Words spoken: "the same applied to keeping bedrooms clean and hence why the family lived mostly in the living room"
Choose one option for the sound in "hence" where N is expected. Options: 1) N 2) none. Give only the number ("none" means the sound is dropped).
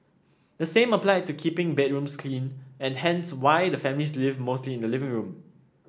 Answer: 1